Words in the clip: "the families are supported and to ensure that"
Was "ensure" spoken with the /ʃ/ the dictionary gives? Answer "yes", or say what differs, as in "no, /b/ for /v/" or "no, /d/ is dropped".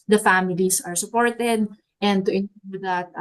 no, /ʃ/ is dropped